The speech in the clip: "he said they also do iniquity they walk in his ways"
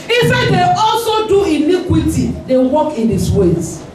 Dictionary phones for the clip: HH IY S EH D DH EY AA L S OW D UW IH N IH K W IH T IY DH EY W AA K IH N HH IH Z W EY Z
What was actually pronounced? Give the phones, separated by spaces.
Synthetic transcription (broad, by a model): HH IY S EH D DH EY AA L S OW D UW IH N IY K W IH T IY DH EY W AA K IH N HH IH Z W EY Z